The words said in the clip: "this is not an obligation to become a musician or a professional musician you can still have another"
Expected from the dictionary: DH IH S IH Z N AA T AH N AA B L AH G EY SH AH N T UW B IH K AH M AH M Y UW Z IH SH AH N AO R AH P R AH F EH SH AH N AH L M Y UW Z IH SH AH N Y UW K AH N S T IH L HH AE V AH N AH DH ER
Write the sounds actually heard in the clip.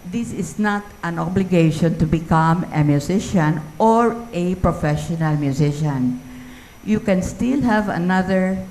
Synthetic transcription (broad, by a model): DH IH S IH S N AA T AH N AA B L AH G EY SH AH N T UW B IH K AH M AH M Y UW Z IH SH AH N AO R AH P R AH F EH SH AH N AH L M Y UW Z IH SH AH N Y UW K AH N S T IH L HH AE V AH N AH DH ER